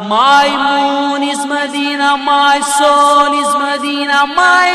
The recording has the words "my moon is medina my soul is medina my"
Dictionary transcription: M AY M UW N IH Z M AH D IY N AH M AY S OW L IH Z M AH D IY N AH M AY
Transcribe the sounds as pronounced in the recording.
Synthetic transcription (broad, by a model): M AY M UW N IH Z M AH D IY N AH M AY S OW N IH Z M AH D IY N AH M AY